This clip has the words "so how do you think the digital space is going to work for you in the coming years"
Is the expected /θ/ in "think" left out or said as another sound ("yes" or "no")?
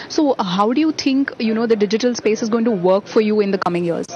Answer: yes